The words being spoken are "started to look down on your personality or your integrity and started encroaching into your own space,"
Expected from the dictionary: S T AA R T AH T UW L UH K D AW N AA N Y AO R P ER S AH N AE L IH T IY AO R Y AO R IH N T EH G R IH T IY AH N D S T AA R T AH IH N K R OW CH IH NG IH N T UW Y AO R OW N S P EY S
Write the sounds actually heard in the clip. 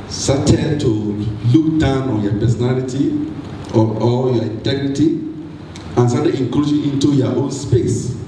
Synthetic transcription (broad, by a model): S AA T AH T UW L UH K D AW N AA N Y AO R P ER S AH N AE L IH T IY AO L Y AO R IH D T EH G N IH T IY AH N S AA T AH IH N K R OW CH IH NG IH N T UW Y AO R OW N S P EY S